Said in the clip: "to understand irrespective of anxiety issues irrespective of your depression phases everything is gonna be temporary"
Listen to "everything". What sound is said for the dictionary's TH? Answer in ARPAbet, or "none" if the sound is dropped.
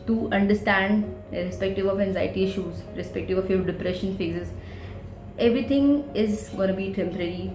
T